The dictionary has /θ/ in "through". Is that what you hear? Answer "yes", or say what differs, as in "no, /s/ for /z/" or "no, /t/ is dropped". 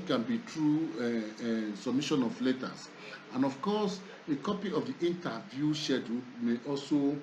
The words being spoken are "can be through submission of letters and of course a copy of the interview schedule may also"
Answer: no, /t/ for /θ/